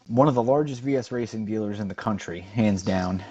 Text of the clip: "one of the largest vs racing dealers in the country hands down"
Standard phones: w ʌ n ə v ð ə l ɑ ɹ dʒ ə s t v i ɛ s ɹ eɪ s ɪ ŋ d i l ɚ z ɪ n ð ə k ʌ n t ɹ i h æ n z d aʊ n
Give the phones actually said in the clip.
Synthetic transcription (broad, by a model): w ʌ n ə v ð ə l ɑ ɹ dʒ ə s t v i ɛ s ɹ eɪ s ɪ ŋ d i l ɚ z ɪ n ð ə k ʌ n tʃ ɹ i h æ n z d aʊ n